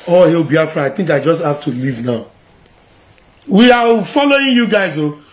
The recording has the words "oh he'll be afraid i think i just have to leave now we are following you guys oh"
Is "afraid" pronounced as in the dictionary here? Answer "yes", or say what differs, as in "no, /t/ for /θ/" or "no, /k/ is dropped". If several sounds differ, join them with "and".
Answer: no, /d/ is dropped